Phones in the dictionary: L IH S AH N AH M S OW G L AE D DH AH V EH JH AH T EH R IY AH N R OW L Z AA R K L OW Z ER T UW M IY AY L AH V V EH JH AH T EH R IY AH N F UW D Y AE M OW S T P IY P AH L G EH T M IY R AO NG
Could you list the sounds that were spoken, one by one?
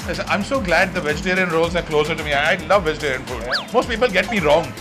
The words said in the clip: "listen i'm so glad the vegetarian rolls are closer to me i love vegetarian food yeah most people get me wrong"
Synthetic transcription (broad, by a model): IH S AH AH M S OW G L AE D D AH V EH JH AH T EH R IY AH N R OW L Z AA R K L OW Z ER T UW M IY AY L AH V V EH JH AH T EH R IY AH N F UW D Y M OW S T P IY P AH L G EH T M IY R AO NG